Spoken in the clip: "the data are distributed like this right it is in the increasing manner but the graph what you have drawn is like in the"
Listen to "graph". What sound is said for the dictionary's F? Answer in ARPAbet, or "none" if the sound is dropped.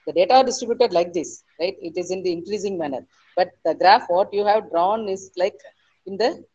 F